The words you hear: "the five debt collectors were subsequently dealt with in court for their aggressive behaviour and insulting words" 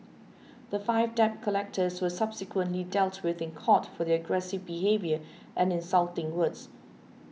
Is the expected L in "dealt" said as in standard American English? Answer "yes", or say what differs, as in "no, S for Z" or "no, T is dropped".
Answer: yes